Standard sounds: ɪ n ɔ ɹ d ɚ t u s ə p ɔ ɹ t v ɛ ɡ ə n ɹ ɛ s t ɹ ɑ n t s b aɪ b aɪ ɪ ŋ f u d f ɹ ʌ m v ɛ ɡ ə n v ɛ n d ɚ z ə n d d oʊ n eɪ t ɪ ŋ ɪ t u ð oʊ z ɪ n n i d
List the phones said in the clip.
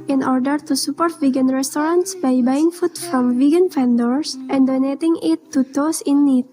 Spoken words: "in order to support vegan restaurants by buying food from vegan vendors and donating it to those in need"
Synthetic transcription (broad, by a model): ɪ n ɔ ɹ d ɚ t u s ə p ɔ ɹ t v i ɡ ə n ɹ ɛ s t ɹ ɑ n t s b aɪ b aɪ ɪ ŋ f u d f ɹ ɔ m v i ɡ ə n f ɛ n d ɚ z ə n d d oʊ n eɪ t ɪ ŋ ɪ t u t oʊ s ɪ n n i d